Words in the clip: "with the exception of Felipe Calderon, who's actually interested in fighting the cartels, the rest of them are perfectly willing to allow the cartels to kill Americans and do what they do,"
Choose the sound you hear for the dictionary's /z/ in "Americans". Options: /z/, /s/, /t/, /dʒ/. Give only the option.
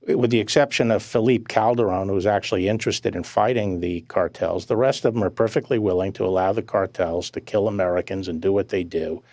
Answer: /z/